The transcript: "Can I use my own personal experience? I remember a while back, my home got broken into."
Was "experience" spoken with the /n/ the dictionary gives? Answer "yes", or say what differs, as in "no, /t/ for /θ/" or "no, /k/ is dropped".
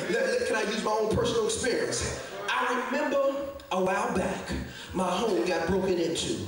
yes